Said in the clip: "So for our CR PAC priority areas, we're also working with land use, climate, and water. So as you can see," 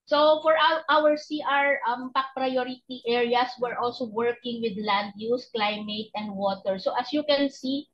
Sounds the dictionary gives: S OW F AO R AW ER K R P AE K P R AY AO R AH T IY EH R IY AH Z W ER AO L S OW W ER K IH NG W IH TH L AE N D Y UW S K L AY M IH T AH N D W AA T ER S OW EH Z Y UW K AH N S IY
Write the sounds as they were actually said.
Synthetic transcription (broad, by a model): S OW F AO R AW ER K R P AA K P R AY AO R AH T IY EH R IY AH S W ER AO L S OW W ER K IH NG W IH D L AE N D Y UW S K L AY M IH T AH N D W AA T ER S OW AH S Y UW K AH N S IY